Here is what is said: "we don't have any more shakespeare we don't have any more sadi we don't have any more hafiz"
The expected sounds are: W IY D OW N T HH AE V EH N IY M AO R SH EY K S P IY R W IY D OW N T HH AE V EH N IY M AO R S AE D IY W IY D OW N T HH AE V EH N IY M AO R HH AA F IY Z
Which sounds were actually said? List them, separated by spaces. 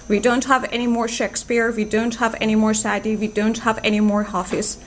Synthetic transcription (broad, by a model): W IY D OW N T HH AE V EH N IY M AO R SH EY K S P IY R W IY D OW N T HH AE V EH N IY M AO R S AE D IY W IY D OW N T HH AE V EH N IY M AO R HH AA F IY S